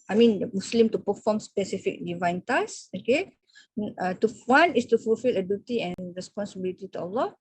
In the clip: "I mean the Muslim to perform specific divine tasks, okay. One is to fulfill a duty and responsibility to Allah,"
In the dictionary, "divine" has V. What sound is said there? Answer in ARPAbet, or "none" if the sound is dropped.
V